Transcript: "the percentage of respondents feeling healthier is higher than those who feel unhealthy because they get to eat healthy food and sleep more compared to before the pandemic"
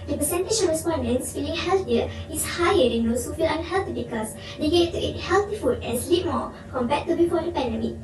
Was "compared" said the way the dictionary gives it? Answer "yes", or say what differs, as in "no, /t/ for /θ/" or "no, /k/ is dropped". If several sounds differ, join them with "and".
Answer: no, /b/ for /p/